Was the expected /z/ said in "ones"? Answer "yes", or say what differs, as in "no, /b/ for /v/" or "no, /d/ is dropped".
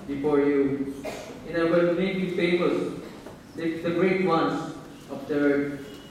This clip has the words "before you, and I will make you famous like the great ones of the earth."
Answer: no, /s/ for /z/